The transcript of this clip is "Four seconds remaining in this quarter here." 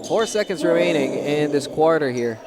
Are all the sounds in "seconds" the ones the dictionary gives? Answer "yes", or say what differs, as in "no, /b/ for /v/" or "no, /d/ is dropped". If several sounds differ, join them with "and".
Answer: yes